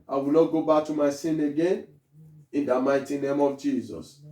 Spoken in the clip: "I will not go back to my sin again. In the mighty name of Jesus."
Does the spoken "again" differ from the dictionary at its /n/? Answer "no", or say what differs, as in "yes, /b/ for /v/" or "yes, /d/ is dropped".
no